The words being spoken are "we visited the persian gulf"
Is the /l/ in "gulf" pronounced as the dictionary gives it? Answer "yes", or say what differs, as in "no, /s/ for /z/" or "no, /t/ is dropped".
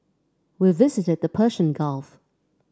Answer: yes